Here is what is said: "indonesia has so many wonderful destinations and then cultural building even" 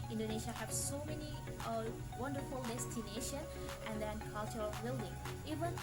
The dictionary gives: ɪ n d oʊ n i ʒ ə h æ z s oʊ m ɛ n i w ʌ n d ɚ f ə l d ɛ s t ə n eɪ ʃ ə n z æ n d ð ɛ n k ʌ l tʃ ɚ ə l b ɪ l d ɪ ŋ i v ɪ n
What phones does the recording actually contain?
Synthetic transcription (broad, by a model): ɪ n d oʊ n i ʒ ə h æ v s oʊ m ɛ n i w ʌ n d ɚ f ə l d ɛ s t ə n eɪ ʃ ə n æ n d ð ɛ n k ʌ l tʃ ɚ ə l b ɪ l d ɪ ŋ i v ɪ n